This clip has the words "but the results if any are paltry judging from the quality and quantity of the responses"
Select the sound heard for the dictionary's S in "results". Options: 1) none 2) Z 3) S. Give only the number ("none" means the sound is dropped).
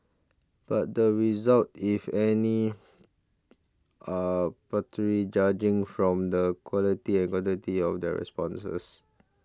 1